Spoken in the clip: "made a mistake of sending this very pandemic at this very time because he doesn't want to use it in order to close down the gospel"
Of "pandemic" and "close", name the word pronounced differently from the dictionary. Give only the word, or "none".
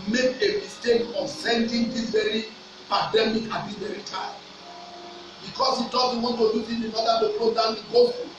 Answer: close